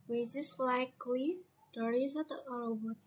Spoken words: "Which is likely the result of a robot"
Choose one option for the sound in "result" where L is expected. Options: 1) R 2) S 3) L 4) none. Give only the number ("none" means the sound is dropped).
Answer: 4